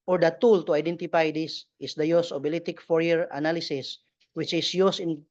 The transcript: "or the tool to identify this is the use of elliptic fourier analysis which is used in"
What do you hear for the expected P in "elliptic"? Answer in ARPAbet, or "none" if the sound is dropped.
none